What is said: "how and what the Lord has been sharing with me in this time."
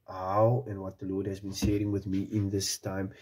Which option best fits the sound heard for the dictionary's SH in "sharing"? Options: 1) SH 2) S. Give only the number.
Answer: 2